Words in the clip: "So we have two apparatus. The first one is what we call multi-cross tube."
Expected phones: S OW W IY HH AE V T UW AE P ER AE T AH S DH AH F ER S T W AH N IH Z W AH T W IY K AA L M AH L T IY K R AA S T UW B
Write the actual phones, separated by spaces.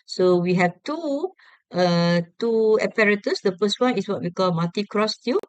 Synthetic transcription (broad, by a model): S OW W IY HH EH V T UW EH P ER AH T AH S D AH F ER S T W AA N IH S W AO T W IY K AA L M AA T IY K R AA S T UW